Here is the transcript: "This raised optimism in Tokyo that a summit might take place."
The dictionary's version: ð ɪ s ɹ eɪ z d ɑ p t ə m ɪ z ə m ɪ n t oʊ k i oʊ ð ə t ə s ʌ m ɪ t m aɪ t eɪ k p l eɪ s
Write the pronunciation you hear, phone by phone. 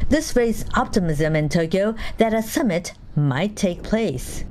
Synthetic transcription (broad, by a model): ð ɪ s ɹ eɪ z ɑ p t ə m ɪ z ə m ɪ n t oʊ k i oʊ ð ə t ə s ʌ m ɪ t m aɪ t eɪ k p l eɪ s